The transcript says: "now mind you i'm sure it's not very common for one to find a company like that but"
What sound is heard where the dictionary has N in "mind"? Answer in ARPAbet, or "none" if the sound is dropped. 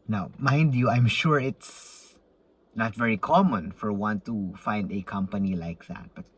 N